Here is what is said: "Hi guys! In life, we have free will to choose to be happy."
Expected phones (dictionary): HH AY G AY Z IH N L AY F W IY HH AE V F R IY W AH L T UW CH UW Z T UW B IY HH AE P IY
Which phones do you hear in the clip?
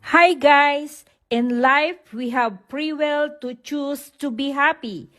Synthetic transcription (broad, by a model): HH AY G AY S IH N L AY F W IY HH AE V P R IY W AH L T UW CH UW S T UW B IY HH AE P IY